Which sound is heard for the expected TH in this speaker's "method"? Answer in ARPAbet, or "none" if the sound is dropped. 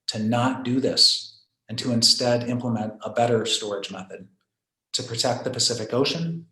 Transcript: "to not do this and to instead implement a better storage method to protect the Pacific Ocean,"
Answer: TH